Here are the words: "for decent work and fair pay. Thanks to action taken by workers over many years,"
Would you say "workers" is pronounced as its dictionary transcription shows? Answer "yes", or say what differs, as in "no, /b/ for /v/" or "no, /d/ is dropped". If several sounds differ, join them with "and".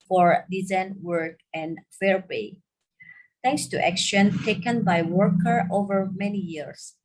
no, /z/ is dropped